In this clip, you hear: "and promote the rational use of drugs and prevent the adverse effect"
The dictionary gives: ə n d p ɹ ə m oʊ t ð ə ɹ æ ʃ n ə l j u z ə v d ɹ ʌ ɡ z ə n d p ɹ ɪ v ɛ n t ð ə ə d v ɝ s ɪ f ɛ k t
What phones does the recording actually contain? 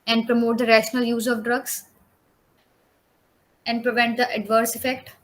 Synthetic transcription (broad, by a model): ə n d p ɹ ə m oʊ t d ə ɹ æ ʃ n ə l j u z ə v d ɹ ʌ ɡ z ə n d p ɹ ɪ v ɛ n t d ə ə d v ɝ s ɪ f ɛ k t